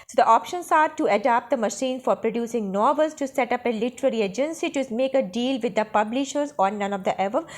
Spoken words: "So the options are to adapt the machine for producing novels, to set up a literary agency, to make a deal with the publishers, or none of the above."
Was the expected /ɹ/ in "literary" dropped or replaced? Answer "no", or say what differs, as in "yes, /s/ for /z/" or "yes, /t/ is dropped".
no